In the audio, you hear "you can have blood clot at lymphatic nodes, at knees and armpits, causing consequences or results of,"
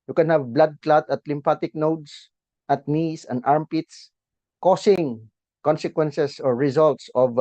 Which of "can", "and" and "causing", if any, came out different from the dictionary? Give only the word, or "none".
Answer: causing